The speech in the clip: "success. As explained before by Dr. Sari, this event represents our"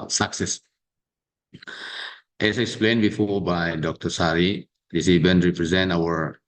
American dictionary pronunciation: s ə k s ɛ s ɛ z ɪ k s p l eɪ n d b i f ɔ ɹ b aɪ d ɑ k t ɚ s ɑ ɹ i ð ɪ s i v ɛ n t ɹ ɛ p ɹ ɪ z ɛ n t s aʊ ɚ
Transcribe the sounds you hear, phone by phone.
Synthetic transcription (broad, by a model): s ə k s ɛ s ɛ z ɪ k s p l eɪ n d b i f ɔ ɹ b aɪ d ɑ k t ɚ s ɑ ɹ i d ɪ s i b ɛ n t ɹ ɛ p ɹ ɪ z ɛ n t aʊ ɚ